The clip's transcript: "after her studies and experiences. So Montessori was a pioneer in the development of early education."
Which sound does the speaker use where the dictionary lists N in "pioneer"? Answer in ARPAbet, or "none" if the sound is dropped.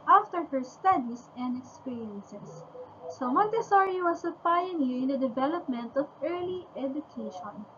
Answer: L